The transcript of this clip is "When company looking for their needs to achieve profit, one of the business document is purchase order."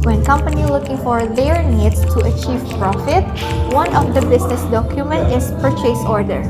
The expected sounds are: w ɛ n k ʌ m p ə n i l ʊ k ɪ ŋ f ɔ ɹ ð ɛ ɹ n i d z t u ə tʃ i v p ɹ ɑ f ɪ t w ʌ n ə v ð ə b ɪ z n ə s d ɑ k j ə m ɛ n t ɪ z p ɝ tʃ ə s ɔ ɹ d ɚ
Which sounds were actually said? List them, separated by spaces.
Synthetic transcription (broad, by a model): w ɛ n k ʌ m p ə n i l ʊ k ɪ ŋ f ɔ ɹ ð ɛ ɹ n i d s t u ə tʃ i v p ɹ ɑ f ɪ t w ʌ n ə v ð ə b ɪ s n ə s d ɑ k j ə m ɛ n t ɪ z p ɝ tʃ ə s ɔ ɹ d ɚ